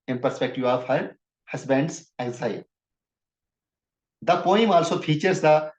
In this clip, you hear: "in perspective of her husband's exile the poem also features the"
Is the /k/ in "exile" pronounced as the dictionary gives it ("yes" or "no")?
no